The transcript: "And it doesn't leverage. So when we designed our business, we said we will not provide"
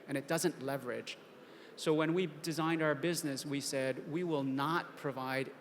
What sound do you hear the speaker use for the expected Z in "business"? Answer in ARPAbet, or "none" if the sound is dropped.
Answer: Z